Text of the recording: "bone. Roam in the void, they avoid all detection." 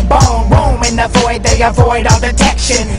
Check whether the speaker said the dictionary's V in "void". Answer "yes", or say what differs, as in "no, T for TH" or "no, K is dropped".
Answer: yes